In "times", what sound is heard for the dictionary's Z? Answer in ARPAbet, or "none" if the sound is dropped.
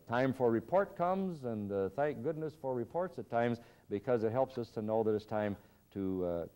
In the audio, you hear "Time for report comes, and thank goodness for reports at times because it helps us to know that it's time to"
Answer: Z